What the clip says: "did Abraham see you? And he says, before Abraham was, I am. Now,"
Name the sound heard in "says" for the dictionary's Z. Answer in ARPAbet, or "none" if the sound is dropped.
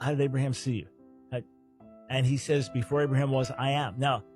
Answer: Z